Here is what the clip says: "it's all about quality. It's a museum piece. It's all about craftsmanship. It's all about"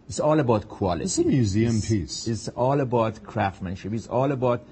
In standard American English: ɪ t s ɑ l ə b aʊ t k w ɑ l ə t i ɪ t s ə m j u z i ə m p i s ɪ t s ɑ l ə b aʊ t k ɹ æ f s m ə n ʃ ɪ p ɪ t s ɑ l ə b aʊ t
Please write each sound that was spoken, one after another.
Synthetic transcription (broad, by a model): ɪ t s ɑ l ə b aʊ t k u ə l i ɪ t s ə m j u z i ə m p i s ɪ t s ɑ l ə b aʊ t k ɹ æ f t m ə n ʃ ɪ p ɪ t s ɑ l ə b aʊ t